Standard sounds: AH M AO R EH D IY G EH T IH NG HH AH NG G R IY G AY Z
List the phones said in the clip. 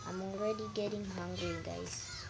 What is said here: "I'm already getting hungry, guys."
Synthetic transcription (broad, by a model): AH M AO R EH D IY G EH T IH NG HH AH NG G IY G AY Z